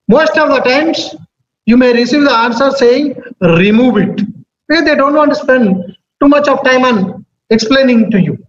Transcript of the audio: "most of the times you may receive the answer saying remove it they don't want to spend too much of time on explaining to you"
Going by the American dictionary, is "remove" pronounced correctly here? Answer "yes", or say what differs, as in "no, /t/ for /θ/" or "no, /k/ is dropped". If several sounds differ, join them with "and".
yes